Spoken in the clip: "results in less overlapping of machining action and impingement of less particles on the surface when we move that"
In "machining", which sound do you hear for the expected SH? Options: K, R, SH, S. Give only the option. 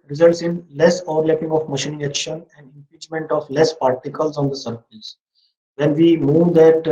SH